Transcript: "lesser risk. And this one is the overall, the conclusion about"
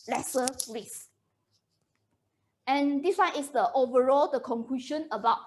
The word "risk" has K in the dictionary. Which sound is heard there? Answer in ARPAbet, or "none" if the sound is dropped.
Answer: none